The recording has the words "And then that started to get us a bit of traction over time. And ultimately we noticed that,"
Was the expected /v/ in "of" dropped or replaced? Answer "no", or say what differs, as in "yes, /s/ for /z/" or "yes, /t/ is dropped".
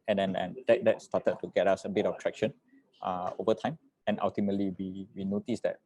yes, /b/ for /v/